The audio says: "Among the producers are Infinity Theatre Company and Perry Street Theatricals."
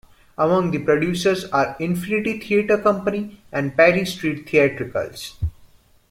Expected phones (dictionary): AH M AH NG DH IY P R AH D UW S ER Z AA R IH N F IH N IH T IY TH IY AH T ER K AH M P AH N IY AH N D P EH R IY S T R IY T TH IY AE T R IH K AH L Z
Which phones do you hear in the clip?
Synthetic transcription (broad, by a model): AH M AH NG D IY P R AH D UW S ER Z AA R IH N F IH N IH T IY T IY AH T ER K AH M P AH N IY AH N D P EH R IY S T R IY T T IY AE T R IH K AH L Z